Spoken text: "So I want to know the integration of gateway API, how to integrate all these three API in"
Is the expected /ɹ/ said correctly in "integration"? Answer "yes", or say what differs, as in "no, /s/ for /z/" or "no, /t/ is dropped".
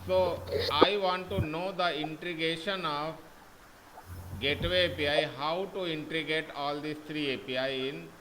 no, /ɹ/ is dropped